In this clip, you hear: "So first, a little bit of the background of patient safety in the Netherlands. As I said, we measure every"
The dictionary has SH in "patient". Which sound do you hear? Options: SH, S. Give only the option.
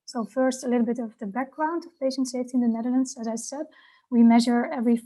SH